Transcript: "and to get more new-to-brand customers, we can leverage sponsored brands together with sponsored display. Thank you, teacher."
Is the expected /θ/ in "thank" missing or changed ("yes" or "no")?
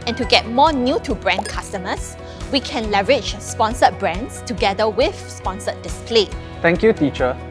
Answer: yes